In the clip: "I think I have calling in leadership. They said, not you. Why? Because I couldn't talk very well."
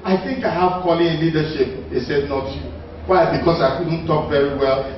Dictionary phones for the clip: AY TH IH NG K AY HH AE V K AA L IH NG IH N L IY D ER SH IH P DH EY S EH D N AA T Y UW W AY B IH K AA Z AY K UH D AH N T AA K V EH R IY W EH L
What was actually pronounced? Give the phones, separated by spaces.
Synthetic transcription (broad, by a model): AY TH IH NG K AY HH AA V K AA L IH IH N L IY D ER SH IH P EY S EH D N AA T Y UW W AY B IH K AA S AY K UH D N T AA K V EH R IY W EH L